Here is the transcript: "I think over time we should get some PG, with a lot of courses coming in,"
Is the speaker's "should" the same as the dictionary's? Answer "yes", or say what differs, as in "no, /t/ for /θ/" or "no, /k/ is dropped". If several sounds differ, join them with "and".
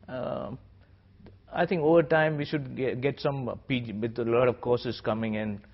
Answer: yes